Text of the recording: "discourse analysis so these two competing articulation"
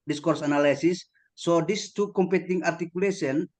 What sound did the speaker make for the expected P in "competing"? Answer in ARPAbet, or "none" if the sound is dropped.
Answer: P